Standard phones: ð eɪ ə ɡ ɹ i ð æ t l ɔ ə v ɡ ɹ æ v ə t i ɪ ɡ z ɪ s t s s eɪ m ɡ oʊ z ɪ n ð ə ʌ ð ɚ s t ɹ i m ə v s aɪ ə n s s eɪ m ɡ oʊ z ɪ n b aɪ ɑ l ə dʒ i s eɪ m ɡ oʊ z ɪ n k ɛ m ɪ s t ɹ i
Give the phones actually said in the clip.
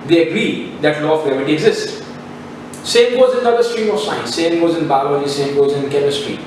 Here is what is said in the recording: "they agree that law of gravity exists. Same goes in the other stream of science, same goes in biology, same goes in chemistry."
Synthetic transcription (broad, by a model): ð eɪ ə ɡ ɹ i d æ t l ɔ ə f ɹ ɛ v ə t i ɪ ɡ z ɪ s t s s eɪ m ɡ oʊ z ɪ n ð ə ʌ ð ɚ s t ɹ i m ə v s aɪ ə n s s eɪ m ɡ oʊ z ɪ n b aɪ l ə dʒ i s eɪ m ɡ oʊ z ɪ n k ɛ m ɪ s t ɹ i